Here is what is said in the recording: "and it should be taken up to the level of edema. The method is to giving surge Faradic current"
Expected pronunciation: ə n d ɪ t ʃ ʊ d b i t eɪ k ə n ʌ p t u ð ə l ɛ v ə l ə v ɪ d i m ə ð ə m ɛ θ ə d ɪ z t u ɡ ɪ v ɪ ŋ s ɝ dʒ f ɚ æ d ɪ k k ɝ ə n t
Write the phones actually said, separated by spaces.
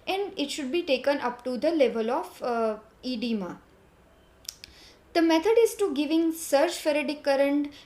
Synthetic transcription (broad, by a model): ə n d ɪ t ʃ ʊ d b i t eɪ k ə n ʌ p t u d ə l ɛ v ə l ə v ɪ d i m ə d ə m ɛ t ə d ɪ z t u ɡ ɪ v ɪ ŋ s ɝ tʃ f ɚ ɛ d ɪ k k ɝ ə n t